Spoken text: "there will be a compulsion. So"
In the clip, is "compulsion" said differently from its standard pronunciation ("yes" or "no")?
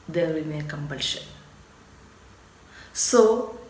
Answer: yes